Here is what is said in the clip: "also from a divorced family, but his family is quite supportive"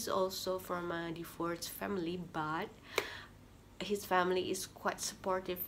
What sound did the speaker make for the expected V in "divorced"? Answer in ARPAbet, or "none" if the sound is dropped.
F